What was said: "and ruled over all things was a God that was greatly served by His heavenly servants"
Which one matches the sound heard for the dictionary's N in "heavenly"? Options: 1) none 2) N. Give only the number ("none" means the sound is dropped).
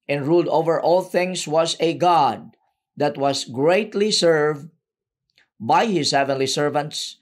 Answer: 2